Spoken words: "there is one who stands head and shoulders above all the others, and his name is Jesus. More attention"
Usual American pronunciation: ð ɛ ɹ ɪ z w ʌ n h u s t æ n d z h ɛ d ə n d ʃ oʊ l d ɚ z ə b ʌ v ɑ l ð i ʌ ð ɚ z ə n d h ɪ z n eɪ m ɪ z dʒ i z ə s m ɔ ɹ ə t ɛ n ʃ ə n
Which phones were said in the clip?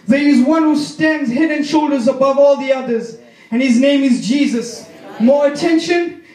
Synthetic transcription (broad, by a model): ð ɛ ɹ ɪ z w ʌ n h u s t æ n d z h ɛ d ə n ʃ oʊ l d ɚ z ə b ʌ v ɑ l ð i ʌ ð ɚ z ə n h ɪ z n eɪ m ɪ z dʒ i z ə s m ɔ ɹ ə t ɛ n ʃ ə n